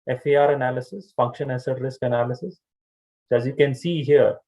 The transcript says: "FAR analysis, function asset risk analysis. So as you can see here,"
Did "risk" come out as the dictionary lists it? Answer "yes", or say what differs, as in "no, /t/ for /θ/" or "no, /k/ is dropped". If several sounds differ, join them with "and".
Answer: yes